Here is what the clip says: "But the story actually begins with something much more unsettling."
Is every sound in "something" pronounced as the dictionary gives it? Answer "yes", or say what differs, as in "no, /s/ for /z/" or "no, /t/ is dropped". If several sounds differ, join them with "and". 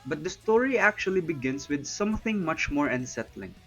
yes